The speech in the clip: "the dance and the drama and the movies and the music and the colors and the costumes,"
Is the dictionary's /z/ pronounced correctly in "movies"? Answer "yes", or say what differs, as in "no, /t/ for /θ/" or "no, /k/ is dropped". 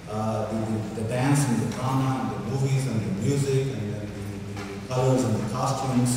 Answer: yes